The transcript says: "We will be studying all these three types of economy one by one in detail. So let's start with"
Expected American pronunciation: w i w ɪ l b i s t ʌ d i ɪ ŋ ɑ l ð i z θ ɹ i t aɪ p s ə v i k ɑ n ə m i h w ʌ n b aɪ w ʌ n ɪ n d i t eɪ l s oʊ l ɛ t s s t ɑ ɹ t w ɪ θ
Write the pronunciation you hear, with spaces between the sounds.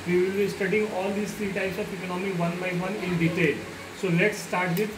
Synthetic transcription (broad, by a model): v i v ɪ l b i s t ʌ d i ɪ ŋ ɑ l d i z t ɹ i t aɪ s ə p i k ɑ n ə m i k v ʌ n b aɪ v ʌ n ɪ n d i t eɪ l s oʊ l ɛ t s s t ɑ ɹ t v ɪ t